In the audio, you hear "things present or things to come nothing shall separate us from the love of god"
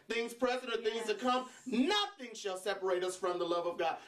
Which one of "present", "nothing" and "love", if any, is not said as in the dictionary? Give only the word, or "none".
present